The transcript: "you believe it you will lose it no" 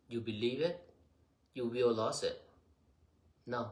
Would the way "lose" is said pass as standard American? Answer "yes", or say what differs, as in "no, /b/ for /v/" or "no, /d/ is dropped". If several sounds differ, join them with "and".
no, /s/ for /z/